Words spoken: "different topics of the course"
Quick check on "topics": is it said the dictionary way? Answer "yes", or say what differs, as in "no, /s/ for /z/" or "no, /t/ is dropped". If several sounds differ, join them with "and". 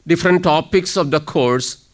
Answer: yes